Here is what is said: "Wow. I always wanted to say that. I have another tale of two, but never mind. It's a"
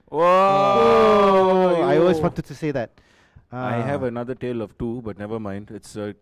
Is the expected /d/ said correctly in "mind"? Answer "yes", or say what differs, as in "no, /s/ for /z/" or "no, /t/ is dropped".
yes